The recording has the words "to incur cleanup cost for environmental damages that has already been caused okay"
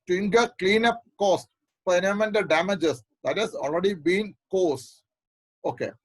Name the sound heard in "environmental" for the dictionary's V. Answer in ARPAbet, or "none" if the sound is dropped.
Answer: none